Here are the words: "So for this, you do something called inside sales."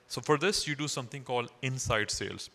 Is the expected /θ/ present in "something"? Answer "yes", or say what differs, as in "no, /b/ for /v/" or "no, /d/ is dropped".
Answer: no, /t/ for /θ/